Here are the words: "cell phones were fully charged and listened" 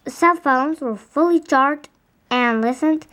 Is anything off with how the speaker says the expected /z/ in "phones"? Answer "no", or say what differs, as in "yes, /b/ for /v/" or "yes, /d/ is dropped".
no